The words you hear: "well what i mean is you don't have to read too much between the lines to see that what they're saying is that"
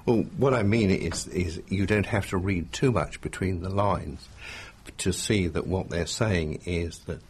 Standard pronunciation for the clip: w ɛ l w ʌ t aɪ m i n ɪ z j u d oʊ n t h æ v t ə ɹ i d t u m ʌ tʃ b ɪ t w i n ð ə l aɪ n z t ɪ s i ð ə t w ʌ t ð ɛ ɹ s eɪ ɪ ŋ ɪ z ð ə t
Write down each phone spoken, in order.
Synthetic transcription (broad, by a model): w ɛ l w ʌ t aɪ m i n ɪ z j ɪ d oʊ n t h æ f t ə ɹ i d t u m ʌ tʃ b ɪ t w i n ð ə l aɪ n z t ɪ s i ð ə t w ʌ t ð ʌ ɹ s eɪ ɪ ŋ ɪ z ð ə t